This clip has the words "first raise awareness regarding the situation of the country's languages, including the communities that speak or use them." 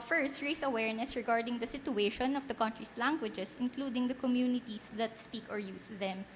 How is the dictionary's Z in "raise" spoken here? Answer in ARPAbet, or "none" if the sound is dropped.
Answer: S